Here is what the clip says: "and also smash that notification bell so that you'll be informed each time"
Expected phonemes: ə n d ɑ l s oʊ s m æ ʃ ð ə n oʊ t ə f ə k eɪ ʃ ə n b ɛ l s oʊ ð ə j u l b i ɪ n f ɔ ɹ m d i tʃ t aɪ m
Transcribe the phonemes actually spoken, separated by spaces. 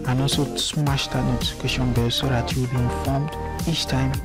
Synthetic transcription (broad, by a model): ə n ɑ s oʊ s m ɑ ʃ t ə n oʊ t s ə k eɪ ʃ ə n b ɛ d s oʊ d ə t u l b i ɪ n f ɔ m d i tʃ t aɪ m